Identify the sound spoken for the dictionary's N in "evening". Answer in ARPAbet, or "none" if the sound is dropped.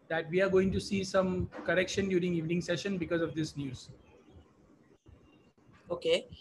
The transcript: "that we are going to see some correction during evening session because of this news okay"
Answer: N